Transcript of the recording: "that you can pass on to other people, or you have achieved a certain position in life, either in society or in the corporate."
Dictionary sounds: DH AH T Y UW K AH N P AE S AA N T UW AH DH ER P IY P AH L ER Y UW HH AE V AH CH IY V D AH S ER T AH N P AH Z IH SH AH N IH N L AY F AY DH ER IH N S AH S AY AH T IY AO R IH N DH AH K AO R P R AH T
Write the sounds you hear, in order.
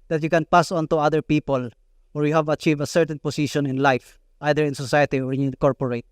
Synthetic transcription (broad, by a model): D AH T Y UW K AH N P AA S AA N T UW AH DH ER P IY P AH L ER Y UW HH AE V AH CH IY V AH S ER T AH N P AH S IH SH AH N IH N L AY F AY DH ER IH N S AH S AY AH T IY AO R IH N K AO R P R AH T